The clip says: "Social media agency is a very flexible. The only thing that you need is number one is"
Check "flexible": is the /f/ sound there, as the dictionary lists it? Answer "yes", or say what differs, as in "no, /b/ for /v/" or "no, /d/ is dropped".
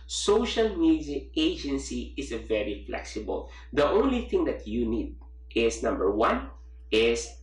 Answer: yes